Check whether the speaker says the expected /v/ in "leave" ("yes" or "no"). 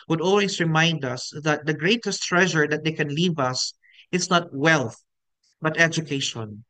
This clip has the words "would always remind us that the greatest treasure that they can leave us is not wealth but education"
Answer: yes